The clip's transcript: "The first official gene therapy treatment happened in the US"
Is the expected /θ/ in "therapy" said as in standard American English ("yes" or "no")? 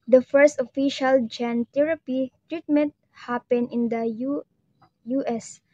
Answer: no